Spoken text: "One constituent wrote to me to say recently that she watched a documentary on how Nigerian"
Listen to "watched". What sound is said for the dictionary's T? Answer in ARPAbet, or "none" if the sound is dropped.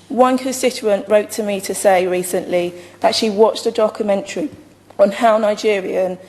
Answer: T